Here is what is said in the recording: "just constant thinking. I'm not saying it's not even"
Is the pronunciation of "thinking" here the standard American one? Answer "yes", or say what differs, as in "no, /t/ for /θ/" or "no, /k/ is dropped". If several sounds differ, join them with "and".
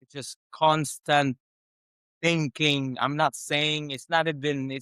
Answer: yes